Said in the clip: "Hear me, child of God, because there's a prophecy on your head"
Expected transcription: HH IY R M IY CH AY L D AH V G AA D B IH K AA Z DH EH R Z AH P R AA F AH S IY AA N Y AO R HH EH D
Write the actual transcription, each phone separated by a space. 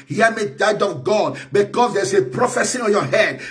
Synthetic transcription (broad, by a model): HH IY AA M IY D AY D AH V G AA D B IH K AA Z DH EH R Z AH P R AA F AH S IY AA N Y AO HH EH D